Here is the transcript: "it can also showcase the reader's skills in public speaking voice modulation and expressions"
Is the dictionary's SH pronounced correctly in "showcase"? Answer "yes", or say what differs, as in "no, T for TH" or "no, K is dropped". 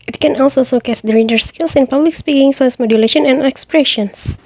no, S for SH